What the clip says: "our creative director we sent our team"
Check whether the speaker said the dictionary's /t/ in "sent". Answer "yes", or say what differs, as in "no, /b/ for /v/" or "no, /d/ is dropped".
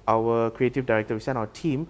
no, /t/ is dropped